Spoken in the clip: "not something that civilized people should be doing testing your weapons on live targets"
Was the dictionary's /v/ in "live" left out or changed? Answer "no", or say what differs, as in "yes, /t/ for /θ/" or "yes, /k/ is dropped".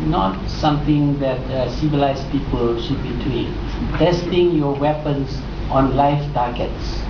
yes, /f/ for /v/